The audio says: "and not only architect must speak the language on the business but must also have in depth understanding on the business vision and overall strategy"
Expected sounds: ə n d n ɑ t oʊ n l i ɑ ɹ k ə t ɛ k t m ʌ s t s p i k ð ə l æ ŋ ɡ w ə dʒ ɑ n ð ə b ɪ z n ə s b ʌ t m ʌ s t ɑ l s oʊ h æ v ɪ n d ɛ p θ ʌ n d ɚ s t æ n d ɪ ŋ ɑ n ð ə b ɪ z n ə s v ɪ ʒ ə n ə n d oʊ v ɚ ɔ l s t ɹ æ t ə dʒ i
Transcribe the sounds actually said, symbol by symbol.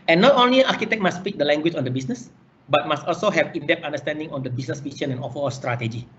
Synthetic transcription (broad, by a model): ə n n ɑ t oʊ n l i ɑ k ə t ɛ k m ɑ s s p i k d ə l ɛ ŋ ɡ w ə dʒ ɑ n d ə b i s n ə s b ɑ t m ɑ s t ɑ l s oʊ h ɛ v ɪ n d ɛ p t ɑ n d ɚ s t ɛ n d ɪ ŋ ɑ n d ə b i s n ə s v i ʃ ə n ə n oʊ f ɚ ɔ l s t ɹ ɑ t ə dʒ i